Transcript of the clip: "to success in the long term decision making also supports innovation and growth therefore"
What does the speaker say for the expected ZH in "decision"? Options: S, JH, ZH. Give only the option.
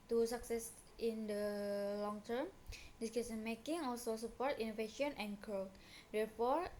S